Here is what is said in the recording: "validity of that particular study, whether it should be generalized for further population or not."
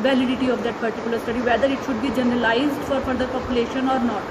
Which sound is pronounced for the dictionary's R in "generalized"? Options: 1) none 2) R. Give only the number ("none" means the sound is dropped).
2